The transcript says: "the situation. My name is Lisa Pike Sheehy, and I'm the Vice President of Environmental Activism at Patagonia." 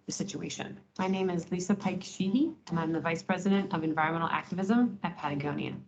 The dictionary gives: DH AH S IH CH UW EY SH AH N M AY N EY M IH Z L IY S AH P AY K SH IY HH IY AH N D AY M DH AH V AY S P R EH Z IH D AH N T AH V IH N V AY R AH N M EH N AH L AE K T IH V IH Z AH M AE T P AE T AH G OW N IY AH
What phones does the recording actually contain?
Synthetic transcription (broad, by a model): DH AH S IH CH UW EY SH AH N M AY N EY M IH Z L IY S AH P AY K SH IY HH IY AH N AY M DH AH V AY S P R EH Z IH D AH N T AH V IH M V AY R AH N M EH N L AE K T IH V IH Z AH M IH T P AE T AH G OW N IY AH